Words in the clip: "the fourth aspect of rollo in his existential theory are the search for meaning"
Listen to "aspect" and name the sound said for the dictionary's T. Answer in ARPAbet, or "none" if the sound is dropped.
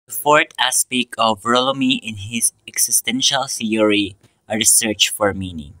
none